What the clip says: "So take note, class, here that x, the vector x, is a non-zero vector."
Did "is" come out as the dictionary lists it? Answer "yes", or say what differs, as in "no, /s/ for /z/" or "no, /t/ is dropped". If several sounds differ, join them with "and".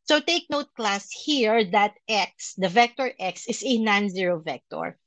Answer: no, /s/ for /z/